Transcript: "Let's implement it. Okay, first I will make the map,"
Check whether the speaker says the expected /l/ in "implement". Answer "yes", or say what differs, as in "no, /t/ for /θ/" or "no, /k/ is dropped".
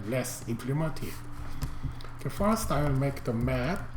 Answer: yes